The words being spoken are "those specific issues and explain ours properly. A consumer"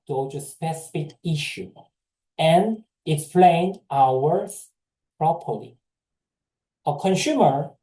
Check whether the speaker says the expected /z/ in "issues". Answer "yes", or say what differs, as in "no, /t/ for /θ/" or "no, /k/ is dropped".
no, /z/ is dropped